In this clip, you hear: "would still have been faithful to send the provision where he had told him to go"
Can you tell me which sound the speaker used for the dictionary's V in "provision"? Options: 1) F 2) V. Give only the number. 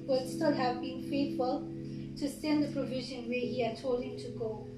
2